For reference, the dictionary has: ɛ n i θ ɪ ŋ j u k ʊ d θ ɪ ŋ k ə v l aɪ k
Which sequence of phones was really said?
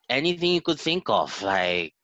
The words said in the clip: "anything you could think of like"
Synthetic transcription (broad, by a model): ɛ n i θ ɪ ŋ j u k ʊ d θ ɪ ŋ k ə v l aɪ k